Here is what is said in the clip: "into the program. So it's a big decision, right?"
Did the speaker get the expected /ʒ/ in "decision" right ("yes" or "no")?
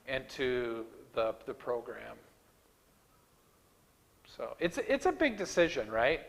yes